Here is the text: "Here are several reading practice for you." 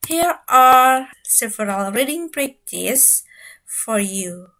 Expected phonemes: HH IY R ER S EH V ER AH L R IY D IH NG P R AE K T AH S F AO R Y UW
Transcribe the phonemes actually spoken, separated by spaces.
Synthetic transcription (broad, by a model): HH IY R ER S EH V ER AH L R IY D IH NG B R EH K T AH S F AO R Y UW